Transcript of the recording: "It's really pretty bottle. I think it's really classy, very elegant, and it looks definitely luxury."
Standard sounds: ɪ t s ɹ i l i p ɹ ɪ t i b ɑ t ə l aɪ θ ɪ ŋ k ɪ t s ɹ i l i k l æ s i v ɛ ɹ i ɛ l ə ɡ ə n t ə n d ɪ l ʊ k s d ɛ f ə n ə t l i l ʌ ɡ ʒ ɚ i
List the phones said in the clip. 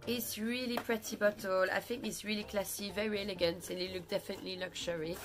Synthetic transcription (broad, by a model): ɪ t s ɹ i l i p ɹ ɪ t i b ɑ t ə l aɪ θ ɪ ŋ k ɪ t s ɹ i l i k l æ s i v ɛ ɹ i ɛ l ə ɡ ə n t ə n ɪ l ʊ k d ɛ f ə n ə t l i l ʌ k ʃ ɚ i